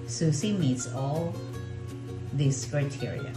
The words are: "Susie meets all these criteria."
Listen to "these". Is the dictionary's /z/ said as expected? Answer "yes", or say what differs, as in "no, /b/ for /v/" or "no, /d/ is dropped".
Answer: no, /s/ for /z/